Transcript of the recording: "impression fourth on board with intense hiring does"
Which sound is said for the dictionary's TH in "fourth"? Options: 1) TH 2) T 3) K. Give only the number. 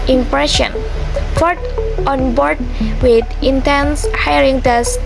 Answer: 2